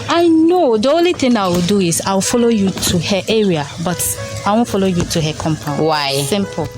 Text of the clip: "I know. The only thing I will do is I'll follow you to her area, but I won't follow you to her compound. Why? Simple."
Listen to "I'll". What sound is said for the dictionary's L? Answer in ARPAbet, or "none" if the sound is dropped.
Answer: W